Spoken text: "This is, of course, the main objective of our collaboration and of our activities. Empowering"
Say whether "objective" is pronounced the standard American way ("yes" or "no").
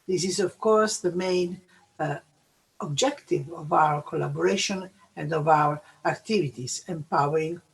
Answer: yes